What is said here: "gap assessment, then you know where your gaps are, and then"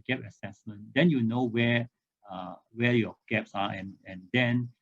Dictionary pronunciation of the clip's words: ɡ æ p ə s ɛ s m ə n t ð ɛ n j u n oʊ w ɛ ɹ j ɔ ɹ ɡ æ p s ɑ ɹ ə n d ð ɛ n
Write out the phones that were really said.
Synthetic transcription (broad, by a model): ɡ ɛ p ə s ɛ s m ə n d ɛ n j u n oʊ w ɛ w j ɔ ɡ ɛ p s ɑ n ə n d ɛ n